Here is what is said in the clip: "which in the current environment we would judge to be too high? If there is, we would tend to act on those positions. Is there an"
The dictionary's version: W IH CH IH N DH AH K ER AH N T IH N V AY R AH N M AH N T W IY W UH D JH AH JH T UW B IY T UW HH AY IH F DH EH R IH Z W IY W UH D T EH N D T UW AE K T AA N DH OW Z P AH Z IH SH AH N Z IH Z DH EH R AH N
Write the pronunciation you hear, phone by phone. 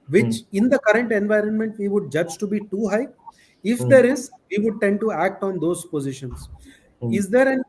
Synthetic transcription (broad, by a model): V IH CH IH N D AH K ER AH N T IH N V AY R AH N M AH N T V IY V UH D JH AH JH T UW B IY T UW HH AY IH F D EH R IH Z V IY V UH D T EH N D T UW AE K T AA N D OW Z P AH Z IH SH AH N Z IH Z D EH R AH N